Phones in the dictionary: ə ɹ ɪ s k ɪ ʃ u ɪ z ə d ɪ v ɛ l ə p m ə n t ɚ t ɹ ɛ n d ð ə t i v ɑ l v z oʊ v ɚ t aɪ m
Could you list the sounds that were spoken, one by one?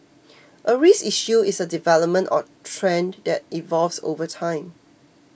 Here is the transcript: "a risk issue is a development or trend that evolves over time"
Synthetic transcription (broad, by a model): ə ɹ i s i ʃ u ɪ s ə d ɪ v ɛ l ə p m ə n t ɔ t ɹ ɛ n d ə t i v ɑ l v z oʊ v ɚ t aɪ m